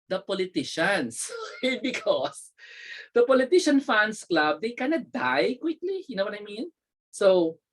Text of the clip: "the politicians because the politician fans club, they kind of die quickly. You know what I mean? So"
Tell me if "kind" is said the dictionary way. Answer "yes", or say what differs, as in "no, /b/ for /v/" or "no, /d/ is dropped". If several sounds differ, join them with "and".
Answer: no, /d/ is dropped